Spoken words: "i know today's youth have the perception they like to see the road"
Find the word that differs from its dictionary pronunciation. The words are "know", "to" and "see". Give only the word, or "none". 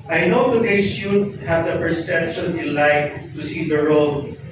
none